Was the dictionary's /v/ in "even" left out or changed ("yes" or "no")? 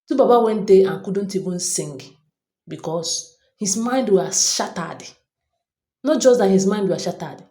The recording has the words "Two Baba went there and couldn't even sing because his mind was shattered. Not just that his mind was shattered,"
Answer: yes